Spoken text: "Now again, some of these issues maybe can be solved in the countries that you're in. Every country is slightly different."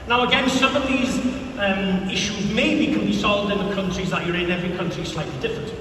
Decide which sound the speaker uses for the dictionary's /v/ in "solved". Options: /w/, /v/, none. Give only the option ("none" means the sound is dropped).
/v/